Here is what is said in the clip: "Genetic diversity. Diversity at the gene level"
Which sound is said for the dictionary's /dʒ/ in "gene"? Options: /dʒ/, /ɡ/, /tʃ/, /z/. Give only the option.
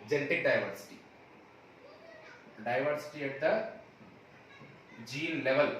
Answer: /dʒ/